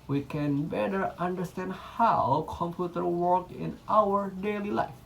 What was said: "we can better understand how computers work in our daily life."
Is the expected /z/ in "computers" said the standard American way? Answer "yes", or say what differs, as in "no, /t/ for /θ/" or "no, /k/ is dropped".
no, /z/ is dropped